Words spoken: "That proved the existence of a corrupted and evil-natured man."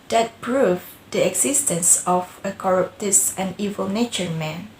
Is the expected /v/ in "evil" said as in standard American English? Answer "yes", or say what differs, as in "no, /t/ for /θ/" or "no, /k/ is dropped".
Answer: yes